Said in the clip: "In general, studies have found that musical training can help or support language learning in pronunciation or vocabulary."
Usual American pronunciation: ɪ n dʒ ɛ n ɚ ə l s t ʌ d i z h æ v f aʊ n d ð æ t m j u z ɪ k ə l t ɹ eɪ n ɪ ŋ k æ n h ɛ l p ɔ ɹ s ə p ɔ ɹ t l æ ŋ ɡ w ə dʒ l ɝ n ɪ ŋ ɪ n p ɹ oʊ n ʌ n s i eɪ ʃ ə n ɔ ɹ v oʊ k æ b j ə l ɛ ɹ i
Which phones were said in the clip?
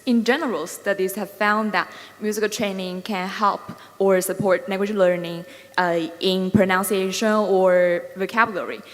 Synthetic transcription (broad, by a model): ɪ n dʒ ɛ n ɚ ə l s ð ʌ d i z h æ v f aʊ n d ð æ t m j u z ɪ k ə l t ɹ eɪ n ɪ ŋ k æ n h ɛ l p ɔ ɹ s ə p ɔ ɹ t n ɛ ɡ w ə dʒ l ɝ n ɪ ŋ ɪ n p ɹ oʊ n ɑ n s i eɪ ʃ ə n ɔ ɹ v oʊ k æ b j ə l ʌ ɹ i